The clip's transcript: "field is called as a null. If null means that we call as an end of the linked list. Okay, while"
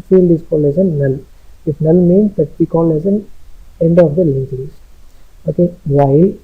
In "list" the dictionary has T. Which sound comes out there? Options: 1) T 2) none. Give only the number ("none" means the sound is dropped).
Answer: 2